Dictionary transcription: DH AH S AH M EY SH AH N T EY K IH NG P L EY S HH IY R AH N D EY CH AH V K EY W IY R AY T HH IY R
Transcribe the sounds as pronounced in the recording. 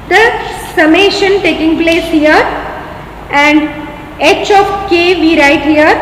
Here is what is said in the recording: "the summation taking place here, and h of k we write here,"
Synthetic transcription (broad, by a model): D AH S AH M EY SH AH N T EY K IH NG P L EY S HH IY R AH N D EY CH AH F K EY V IY R AY T HH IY R